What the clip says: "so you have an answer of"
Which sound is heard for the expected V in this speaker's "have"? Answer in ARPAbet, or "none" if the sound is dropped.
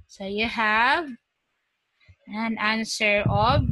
V